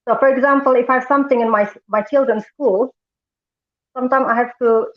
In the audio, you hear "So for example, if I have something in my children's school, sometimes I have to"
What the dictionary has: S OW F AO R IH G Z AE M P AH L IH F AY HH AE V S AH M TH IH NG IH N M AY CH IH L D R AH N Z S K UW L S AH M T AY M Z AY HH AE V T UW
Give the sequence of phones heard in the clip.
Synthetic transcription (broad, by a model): S OW F AO R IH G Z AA M P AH L IH F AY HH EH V S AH M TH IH NG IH N M AY CH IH L D R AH N S K UW L S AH M T AY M AY HH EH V T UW